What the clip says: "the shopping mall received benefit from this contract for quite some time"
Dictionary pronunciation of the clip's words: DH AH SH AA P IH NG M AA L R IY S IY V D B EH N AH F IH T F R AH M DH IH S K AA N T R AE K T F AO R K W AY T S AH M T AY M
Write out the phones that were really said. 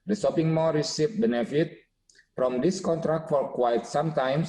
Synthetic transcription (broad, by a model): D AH S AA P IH NG M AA R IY S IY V B EH N AH F IH T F R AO M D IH S K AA N T R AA K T F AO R K W AY T S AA M T AY M